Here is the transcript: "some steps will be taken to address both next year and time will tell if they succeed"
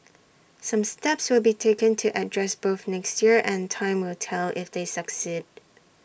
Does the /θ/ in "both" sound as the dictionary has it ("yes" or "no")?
yes